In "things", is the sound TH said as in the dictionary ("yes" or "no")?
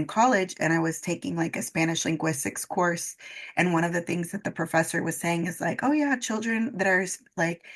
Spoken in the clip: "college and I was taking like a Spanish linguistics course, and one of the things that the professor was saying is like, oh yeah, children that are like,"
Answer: yes